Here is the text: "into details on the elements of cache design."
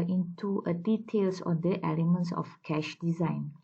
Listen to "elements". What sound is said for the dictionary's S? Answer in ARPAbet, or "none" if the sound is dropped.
S